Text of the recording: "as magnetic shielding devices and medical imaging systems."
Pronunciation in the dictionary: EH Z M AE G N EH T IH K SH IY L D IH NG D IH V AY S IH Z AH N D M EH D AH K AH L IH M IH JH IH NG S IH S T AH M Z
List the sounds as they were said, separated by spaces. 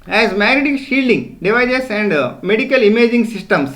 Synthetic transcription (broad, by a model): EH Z M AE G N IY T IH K SH IY L D IH NG D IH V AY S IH S AH N D M EH D AH K AH L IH M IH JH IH NG S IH S T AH M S